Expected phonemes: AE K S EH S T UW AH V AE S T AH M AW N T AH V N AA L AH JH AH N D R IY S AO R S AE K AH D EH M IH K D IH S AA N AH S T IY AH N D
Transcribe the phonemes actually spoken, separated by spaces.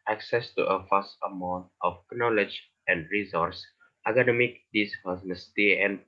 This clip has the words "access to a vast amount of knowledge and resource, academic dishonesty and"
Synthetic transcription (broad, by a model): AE K S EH S T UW AH F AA S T AH M AW N T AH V N AA L AH JH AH N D R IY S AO R S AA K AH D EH M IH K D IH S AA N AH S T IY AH N